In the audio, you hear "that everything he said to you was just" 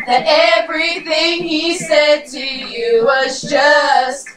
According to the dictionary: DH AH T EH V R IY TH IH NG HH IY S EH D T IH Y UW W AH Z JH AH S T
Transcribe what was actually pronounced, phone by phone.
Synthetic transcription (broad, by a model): DH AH T EH V R IY TH IH NG HH IY S EH D T IH Y UW W AH Z JH AH S T